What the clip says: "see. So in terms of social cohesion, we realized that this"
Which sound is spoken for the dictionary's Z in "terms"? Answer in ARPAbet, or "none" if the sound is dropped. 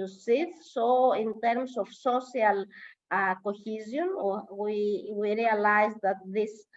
S